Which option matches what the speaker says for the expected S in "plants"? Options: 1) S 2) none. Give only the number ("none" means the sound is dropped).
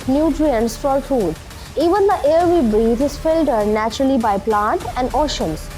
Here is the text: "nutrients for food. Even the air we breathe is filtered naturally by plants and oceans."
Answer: 2